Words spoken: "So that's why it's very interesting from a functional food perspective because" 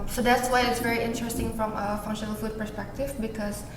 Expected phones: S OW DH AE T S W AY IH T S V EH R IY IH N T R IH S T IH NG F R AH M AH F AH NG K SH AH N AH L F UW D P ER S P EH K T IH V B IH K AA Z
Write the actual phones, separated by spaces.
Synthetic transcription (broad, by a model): S OW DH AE T S W AY IH T S V EH R IY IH N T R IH S T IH NG F R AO M AH F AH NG SH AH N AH L F UW D P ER S P EH K T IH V B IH K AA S